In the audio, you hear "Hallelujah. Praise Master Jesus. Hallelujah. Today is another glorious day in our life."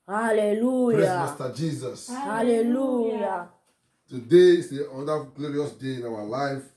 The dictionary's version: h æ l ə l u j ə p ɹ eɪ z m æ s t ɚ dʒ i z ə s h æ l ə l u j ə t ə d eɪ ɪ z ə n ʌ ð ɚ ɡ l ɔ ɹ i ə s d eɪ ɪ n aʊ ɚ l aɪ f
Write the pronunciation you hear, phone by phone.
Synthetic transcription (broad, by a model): h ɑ l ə l u j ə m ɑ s t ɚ dʒ i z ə s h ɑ l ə l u j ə t ə d eɪ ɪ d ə ʌ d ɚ ɡ l ɔ ɹ i ə s d eɪ ɪ n aʊ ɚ l aɪ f